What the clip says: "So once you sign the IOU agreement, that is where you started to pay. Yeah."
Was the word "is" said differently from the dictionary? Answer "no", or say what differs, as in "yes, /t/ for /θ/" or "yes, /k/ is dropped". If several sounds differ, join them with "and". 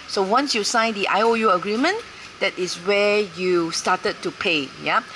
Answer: yes, /s/ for /z/